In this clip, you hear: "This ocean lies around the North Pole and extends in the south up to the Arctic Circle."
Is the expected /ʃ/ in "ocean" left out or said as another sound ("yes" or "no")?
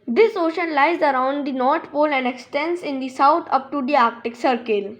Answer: no